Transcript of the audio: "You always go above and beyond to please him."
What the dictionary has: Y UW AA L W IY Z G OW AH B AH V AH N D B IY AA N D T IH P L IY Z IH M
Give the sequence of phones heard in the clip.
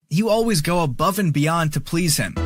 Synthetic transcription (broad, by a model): Y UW AA L W IY Z G OW AH B AH V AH N B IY AA N T IH P L IY Z IH M